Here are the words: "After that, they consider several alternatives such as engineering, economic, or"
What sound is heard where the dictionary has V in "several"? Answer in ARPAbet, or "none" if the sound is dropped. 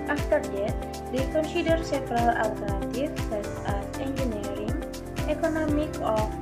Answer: F